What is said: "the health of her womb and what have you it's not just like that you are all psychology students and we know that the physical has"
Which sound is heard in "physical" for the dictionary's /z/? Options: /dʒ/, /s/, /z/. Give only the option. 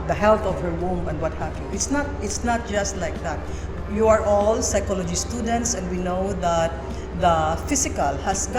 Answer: /s/